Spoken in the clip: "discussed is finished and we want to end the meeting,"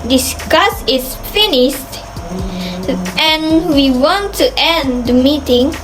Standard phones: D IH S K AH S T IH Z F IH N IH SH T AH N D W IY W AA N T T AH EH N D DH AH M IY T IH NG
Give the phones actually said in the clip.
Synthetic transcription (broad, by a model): D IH S K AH S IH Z F IH N IH SH T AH N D W IY W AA N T T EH N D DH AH M IY T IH NG